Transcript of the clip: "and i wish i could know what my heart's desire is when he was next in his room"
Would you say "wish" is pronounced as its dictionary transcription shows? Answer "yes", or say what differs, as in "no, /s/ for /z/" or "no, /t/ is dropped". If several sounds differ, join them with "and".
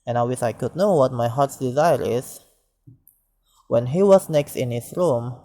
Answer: no, /s/ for /ʃ/